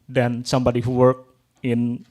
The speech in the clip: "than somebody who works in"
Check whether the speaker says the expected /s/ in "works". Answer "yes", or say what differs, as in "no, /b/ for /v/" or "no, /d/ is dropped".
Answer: no, /s/ is dropped